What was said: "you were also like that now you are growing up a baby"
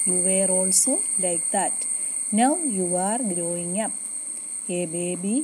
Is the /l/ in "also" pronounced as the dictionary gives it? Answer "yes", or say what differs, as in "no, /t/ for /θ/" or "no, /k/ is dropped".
yes